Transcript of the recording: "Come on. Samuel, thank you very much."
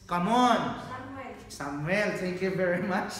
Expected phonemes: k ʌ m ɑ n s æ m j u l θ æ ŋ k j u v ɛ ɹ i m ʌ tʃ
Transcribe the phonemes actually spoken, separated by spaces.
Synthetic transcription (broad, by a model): k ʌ m ɑ n s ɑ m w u l t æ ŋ k j u v ɛ ɹ i m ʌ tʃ